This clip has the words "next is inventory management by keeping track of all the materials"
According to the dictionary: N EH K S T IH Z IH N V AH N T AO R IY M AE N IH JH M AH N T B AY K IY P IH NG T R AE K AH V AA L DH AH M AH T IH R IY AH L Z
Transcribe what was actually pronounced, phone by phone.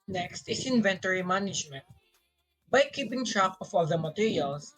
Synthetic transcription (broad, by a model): N EH K S T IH S IH N V AH N T AO R IY M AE N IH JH M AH N T B AY K IY P IH NG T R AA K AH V AA L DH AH M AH T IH R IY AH L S